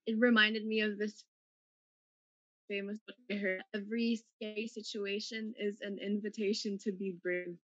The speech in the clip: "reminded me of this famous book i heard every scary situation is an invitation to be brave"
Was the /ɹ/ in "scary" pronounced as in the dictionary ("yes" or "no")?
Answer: no